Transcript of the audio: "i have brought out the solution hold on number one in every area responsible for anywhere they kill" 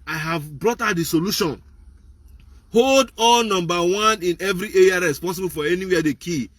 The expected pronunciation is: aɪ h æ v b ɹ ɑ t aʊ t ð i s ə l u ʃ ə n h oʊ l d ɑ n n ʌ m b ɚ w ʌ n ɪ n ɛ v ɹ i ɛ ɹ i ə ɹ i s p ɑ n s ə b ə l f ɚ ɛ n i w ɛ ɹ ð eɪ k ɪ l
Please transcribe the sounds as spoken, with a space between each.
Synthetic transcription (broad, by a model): aɪ h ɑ v b ɹ ɑ t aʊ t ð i s ə l u ʃ ə n h oʊ l d ɑ l n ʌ m b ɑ w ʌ n ɪ n ɛ v ɹ i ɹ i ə ɹ i s p ɑ n s ə b ə l f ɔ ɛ n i w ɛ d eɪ k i